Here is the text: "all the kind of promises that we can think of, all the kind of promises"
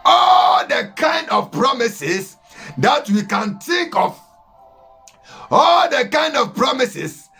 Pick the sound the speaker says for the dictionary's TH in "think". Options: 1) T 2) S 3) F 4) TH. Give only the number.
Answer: 1